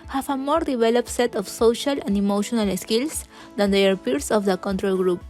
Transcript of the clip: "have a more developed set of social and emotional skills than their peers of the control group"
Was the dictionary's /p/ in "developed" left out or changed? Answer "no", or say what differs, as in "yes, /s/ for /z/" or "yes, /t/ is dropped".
no